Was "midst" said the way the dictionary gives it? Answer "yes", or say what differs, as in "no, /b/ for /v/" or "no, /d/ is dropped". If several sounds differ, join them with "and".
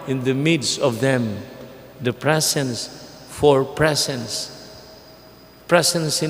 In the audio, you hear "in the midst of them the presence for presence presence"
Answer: yes